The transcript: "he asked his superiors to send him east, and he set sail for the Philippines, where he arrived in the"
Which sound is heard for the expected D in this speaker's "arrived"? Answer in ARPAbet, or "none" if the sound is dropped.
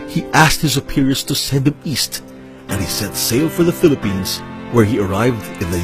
D